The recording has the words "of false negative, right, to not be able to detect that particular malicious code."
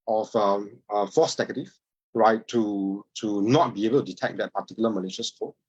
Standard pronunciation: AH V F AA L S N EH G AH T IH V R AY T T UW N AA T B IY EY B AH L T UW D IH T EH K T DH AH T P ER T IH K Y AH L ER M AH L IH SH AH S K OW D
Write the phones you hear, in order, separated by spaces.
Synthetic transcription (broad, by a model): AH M F AA S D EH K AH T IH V R AY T T UW N AA T B IY EY B AH L T UW D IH T EH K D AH T P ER T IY K Y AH L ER M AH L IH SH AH S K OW